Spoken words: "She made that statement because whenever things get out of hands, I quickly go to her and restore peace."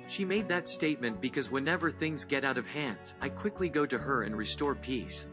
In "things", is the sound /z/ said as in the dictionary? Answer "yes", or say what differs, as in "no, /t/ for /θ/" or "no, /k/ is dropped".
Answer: yes